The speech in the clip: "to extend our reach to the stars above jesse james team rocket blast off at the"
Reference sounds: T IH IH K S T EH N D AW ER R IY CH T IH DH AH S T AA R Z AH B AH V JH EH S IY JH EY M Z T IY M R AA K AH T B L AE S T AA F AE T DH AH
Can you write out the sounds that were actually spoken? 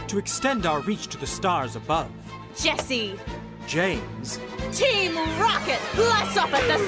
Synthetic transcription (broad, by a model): T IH IH K S T EH N D AW ER R IY CH T IH DH AH S T AA R Z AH B AH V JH EH S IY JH EY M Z T IY M R AA K AH T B L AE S AA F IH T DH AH